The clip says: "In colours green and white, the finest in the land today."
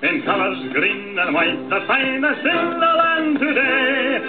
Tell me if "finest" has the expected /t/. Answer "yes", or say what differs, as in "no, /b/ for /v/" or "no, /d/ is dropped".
no, /t/ is dropped